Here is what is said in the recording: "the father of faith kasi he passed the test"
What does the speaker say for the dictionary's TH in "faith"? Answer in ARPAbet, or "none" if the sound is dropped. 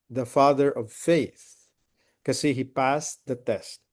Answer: TH